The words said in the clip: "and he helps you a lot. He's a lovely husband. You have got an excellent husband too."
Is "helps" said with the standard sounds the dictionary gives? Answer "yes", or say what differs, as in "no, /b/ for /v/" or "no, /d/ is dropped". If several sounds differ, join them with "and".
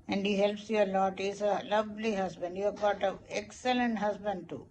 yes